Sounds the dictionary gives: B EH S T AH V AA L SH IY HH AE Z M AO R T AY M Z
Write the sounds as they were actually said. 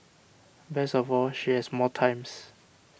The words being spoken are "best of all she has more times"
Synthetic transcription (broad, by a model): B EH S AH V AA L SH IY HH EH S M AO T AY M S